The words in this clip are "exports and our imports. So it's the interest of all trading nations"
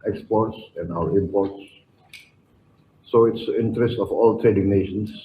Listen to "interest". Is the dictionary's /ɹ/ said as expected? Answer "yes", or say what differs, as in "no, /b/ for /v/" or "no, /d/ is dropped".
yes